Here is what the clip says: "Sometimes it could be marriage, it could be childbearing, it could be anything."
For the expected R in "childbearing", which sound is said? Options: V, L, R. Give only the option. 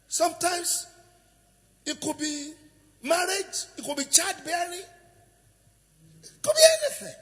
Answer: L